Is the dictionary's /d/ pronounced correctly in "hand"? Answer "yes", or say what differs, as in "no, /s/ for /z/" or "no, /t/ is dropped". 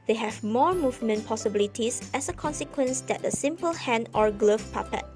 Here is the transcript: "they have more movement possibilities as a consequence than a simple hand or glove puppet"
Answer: no, /d/ is dropped